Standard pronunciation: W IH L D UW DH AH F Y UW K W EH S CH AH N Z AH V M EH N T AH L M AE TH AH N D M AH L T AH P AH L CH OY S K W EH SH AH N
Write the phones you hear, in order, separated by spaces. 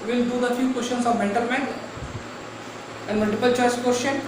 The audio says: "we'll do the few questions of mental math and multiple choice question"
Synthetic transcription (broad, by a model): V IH L D UW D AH F Y UW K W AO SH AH N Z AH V M EH N T AH L M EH T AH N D M AH L T AH P AH L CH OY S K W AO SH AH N